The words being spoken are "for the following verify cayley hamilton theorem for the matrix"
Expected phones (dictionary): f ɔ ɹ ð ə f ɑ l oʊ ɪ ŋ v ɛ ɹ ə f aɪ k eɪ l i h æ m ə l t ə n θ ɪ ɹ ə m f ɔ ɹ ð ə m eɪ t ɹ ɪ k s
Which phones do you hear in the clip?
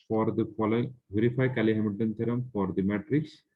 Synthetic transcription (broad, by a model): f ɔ ɹ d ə f ɑ l oʊ ɪ ŋ v ɛ ɹ ə f aɪ k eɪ l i h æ m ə t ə n t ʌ ɹ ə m f ɔ ɹ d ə m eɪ t ɹ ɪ k s